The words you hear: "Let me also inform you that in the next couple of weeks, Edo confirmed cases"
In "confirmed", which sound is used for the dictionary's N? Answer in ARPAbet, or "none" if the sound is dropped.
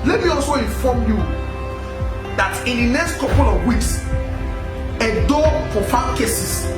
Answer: none